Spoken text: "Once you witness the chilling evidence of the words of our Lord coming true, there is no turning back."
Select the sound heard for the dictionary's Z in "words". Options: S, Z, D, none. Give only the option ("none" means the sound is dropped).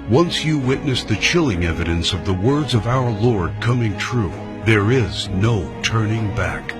Z